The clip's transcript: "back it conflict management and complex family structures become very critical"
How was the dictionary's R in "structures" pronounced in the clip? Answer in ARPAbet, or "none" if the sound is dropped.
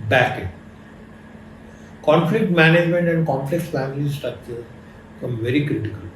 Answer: none